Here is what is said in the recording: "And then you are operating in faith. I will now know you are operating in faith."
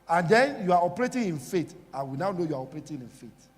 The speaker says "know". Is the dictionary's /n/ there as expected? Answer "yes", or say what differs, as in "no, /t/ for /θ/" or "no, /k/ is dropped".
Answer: yes